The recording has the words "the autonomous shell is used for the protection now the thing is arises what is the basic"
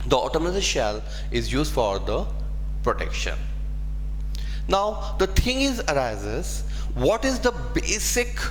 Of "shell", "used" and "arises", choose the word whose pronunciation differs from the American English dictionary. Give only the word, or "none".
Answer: none